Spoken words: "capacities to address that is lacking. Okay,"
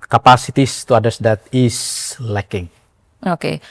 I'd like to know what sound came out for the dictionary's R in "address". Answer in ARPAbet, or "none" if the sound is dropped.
none